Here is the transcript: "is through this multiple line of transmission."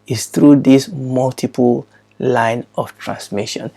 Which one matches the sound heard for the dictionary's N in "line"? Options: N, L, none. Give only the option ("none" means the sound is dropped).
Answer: N